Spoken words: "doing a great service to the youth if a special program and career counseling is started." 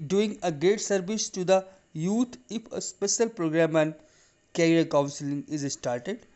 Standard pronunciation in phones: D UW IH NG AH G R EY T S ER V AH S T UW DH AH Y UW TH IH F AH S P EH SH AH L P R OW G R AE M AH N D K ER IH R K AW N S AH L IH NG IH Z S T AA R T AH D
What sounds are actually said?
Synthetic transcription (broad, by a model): D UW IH NG AH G EY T S ER V AH S T UW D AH Y UW T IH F AH S P EH SH AH L P R OW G R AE M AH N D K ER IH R K AW N S AH L IH NG IH Z S T AA R T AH D